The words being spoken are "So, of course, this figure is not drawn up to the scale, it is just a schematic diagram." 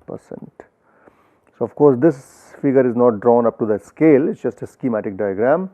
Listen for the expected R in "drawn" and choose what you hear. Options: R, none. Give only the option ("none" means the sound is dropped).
R